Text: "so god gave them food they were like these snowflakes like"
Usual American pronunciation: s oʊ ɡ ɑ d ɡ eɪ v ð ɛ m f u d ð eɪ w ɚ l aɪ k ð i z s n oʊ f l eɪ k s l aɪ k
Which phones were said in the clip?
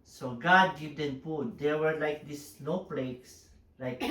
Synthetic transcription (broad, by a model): s oʊ ɡ ɑ d ɡ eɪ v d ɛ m p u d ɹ w ɚ l aɪ k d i s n oʊ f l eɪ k s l aɪ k